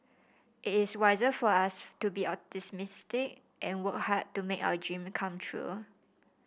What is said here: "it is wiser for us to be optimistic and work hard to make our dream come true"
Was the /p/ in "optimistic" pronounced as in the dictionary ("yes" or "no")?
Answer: no